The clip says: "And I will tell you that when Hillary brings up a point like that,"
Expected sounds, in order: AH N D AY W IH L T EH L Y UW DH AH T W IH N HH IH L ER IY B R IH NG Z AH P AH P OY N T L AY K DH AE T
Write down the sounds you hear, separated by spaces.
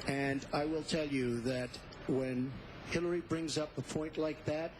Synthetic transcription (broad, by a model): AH N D AY W IH L T EH L Y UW DH AH T W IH N HH IH L ER IY B R IH NG Z AH P AH P OY N T L AY K DH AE T